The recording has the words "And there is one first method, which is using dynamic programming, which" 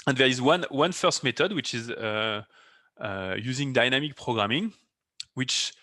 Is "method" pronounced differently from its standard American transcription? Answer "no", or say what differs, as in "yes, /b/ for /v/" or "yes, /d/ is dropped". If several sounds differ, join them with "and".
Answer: yes, /t/ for /θ/